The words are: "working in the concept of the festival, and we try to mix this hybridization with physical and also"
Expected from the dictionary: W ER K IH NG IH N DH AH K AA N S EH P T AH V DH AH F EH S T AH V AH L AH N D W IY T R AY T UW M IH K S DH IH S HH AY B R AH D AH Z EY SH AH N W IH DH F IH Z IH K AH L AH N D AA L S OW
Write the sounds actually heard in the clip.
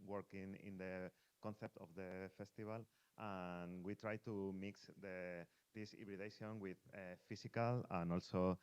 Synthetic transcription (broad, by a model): W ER K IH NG IH N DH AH K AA N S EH P T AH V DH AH F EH S T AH B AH L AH N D W IY T R AY T UW M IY K S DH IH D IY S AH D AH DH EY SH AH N W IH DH F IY S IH K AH L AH N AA L S OW